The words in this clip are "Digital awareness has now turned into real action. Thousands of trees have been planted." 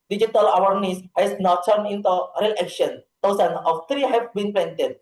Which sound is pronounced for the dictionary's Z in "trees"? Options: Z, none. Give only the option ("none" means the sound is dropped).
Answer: none